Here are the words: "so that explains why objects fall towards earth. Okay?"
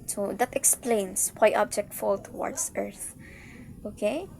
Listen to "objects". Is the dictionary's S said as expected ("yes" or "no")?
no